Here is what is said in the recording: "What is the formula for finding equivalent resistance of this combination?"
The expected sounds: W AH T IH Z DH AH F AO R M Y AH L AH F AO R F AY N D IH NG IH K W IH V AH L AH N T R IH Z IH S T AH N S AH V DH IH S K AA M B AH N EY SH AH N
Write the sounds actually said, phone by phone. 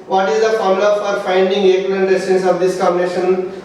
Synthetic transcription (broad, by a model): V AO T IH Z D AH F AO R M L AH F AO R F AY N D IH NG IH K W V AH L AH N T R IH S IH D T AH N S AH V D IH S K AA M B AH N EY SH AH N